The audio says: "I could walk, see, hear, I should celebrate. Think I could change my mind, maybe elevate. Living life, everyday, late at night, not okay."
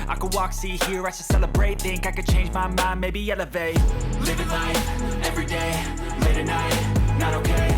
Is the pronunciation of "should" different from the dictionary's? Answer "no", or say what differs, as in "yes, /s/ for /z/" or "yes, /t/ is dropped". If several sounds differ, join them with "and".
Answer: yes, /s/ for /ʃ/